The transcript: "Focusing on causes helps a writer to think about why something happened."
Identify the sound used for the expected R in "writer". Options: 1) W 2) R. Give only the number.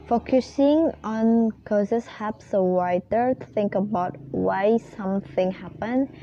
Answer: 1